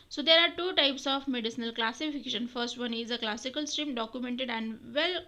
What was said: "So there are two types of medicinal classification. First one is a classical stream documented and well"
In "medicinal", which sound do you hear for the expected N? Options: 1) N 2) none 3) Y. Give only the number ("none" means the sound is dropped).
1